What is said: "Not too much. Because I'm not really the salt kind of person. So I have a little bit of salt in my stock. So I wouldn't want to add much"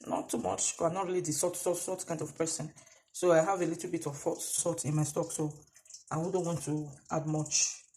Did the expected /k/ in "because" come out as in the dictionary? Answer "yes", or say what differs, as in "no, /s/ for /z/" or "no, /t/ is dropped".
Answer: no, /k/ is dropped